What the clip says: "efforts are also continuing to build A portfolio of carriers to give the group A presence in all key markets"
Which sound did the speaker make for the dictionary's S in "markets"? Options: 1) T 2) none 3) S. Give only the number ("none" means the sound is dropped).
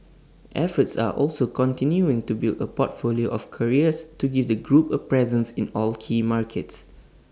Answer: 3